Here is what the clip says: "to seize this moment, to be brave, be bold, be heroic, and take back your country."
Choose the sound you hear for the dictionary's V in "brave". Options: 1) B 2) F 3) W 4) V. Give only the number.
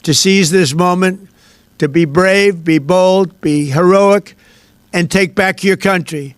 4